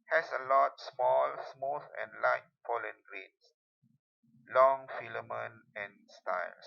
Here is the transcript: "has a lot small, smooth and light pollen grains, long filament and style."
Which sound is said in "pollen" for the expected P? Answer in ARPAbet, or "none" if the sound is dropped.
F